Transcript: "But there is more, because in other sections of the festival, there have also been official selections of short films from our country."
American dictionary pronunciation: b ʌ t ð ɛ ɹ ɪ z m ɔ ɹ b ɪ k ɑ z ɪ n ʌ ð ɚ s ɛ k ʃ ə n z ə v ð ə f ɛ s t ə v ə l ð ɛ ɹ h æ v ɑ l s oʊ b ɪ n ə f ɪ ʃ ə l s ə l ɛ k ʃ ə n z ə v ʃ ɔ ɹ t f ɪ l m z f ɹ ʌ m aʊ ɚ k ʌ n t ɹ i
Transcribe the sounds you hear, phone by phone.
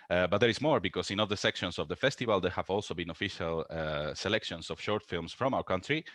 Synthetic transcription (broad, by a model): b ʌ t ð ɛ ɹ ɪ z m ɔ ɹ b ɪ k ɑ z ɪ n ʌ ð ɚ s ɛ k ʃ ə n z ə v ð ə f ɛ s t ə v ə l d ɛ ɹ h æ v ɑ l s oʊ b ɪ n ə f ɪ ʃ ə l s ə l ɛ k ʃ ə n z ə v ʃ ɔ ɹ t f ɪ l m s f ɹ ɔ m aʊ ɚ k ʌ n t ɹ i